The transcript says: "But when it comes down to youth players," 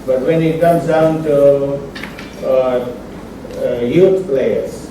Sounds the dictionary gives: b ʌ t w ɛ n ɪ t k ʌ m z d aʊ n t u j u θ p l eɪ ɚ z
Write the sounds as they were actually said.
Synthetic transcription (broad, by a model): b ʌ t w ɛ n ɪ t k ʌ m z d aʊ n t u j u t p l eɪ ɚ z